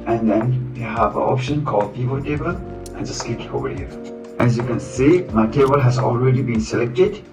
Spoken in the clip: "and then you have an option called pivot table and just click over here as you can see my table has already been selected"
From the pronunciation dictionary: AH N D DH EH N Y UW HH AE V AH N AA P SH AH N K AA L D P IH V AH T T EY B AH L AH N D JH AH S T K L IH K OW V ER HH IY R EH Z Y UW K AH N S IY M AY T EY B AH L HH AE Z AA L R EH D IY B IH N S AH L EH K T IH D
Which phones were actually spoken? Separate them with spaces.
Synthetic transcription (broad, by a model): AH N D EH N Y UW HH AE V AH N AA P SH AH N K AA L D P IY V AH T T EY B AH L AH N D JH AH S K IY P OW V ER HH IY R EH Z Y UW K AH N S IY M AY T EY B AH L HH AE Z AA L R EH D IY B IH N S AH L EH K T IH D